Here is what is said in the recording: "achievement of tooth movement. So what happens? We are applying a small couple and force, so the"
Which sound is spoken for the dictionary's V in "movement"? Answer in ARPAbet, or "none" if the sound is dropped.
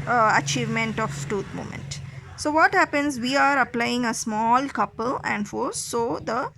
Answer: none